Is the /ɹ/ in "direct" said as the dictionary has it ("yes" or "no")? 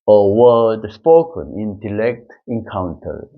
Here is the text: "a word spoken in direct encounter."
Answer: no